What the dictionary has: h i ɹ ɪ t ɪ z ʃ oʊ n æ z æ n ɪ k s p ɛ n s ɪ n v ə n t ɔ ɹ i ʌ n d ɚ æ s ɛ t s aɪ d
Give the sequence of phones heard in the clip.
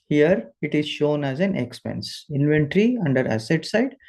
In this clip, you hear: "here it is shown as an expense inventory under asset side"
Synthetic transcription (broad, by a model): h i ɹ ɪ t ɪ z ʃ oʊ n æ z æ n ɪ k s p ɛ n s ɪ n v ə n t ɹ i ʌ n d ɚ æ s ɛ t s aɪ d